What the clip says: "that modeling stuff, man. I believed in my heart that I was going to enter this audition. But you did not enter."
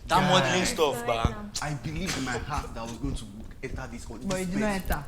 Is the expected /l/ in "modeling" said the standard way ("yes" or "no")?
no